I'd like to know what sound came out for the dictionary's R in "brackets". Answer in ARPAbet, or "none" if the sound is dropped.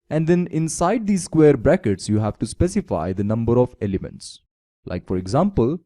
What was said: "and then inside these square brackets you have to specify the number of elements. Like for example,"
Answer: R